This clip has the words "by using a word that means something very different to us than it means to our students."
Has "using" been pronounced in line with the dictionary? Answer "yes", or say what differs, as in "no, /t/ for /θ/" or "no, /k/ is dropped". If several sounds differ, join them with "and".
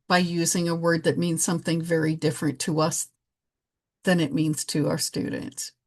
yes